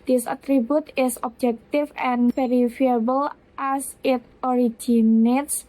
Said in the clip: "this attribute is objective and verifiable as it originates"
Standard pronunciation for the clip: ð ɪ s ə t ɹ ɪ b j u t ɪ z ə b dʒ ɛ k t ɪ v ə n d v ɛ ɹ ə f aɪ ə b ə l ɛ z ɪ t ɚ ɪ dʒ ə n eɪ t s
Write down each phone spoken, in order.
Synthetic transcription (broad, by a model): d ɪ s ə t ɹ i b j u t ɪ s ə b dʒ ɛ k t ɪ f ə n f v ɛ ɹ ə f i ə b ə l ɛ s ɪ t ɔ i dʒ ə n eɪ t s